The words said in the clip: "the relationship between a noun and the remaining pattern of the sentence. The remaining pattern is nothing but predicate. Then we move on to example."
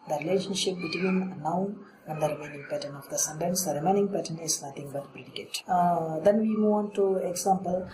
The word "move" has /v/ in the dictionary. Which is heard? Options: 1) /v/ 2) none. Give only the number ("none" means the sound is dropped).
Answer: 2